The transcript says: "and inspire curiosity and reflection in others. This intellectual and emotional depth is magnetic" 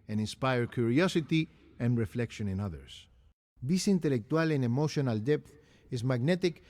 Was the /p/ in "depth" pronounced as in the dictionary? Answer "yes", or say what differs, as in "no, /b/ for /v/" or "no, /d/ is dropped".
yes